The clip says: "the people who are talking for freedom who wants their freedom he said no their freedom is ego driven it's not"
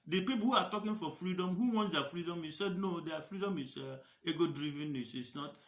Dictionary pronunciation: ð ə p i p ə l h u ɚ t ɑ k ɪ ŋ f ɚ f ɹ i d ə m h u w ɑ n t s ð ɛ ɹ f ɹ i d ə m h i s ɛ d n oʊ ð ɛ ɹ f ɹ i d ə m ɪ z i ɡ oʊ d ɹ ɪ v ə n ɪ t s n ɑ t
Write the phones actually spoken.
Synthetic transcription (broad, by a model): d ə p i p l h u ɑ t ɑ k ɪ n f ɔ f ɹ i d ə m h u w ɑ n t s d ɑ f ɹ i d ə m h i s ɛ d n oʊ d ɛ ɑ f ɹ i d ə m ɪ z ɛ ɡ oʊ d ɹ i v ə n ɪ s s n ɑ t